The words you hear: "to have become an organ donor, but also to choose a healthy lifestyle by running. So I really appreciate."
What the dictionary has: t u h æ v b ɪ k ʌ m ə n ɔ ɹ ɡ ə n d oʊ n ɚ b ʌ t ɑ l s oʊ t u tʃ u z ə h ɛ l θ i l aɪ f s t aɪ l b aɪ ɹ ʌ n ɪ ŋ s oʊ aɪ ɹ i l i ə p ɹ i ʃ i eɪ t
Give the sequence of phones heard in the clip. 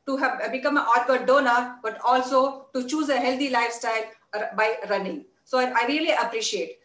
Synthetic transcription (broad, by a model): t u h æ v b ɪ k ʌ m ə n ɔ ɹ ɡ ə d d oʊ n ɚ b ʌ t ɑ l s oʊ t u tʃ u z ə h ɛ l t i l aɪ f s t aɪ l b aɪ ɹ ʌ n ɪ ŋ s oʊ aɪ ɹ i l i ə p ɹ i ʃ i eɪ t